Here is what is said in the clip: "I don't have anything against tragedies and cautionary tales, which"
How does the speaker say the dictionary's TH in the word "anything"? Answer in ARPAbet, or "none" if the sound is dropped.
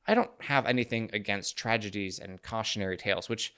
TH